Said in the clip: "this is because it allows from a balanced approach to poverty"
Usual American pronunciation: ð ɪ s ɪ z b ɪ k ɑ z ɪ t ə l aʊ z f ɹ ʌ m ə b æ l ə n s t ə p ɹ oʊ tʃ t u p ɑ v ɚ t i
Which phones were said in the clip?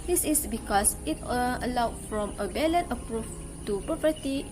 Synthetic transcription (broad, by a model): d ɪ s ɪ s b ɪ k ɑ s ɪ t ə l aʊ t f ɹ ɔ m ə b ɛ l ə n t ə p ɹ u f t u p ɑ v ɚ t i